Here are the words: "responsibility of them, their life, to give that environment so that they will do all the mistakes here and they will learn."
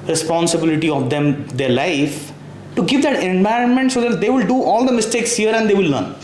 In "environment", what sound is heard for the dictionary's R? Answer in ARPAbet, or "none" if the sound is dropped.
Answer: R